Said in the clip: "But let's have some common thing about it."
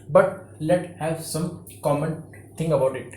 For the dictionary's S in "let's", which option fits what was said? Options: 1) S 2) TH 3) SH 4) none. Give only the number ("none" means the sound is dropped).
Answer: 4